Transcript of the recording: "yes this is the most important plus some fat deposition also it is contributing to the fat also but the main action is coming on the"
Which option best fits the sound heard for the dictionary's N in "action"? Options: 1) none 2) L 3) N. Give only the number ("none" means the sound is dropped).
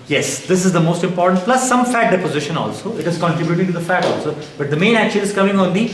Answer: 2